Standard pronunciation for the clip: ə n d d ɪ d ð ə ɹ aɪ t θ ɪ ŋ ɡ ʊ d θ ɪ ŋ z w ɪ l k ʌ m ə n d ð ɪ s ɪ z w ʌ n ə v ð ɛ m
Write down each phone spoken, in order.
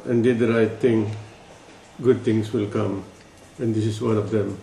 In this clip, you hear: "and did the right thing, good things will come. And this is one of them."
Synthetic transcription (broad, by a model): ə n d d ɪ d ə ɹ aɪ t t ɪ ŋ ɡ ʊ d t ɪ ŋ s w ɪ l k ʌ m ə n d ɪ s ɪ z w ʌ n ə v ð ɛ m